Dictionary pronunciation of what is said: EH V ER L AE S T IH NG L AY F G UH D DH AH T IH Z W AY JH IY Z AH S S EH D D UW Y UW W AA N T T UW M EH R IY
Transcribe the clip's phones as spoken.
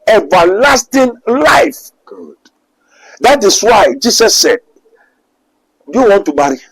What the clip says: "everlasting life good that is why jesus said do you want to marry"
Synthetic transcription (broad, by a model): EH V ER L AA S T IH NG L AY F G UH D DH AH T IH S W AY JH IY S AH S S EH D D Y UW W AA N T T UW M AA R IY